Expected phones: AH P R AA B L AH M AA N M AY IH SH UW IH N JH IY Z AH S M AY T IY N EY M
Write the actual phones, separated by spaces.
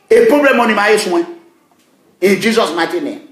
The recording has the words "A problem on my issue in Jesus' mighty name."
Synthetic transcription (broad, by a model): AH P R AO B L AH M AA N M AY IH S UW IH N JH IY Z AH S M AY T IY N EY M